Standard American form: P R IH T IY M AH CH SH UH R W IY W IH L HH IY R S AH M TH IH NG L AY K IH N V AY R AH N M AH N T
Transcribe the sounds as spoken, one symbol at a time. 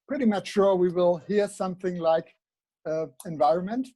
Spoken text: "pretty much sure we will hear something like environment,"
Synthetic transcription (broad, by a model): P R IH T IY M AH CH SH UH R W IY W IH L HH IY R S AH M TH IH NG L AY K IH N V AY R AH N M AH N T